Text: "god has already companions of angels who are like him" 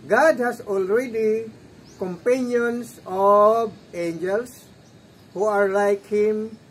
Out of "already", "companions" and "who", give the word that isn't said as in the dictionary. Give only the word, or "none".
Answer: companions